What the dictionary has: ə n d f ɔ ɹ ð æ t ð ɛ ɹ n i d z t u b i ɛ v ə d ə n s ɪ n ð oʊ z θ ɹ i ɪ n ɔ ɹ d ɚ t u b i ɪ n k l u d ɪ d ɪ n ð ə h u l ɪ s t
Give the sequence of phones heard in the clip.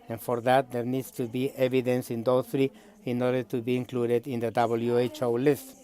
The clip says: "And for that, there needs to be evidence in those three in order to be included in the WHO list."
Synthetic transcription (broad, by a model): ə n f ɔ ɹ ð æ t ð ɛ ɹ n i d s t u b i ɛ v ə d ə n s ɪ n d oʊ θ ɹ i ɪ n ɔ ɹ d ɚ t u b i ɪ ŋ k l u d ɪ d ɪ n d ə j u l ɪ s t